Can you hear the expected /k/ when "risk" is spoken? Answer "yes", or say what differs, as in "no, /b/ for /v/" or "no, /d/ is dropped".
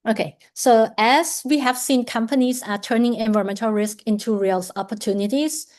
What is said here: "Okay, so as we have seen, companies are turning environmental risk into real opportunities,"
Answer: yes